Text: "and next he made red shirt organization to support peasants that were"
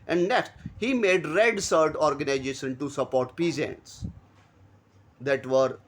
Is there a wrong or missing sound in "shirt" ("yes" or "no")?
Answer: yes